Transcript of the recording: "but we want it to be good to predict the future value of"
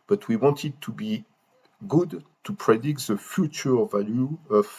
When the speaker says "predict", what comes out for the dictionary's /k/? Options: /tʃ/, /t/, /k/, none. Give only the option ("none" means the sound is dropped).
/k/